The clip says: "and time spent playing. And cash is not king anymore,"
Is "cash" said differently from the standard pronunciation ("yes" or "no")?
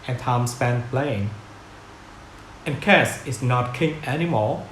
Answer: yes